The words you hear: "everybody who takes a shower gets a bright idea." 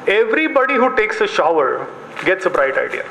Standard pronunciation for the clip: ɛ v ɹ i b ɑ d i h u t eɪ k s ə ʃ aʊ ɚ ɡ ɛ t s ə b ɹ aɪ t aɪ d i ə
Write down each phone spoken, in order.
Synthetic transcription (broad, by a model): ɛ v ɹ i b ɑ d i h u t eɪ k s ə ʃ aʊ ɚ ɡ ɛ t s ə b ɹ aɪ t aɪ d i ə